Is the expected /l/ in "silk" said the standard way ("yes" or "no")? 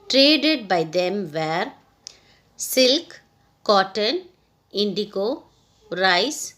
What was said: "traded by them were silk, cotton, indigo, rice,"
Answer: yes